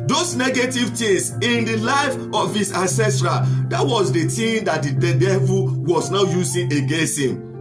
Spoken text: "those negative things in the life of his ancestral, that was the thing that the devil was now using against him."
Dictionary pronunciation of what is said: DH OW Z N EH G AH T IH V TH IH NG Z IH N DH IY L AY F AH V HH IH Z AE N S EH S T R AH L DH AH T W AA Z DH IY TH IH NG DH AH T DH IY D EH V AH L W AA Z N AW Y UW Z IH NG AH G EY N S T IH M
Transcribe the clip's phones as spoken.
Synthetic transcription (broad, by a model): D OW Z N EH G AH T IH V T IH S IH N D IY L AY F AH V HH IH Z AE N S EH S T R AH L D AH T W AA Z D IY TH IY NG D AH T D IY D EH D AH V W AA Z N AW Y UW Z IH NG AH G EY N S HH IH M